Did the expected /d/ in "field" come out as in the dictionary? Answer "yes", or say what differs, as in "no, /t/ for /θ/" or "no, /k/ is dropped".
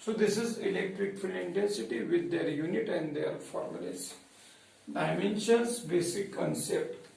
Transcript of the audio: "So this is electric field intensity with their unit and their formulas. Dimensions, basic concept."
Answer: no, /d/ is dropped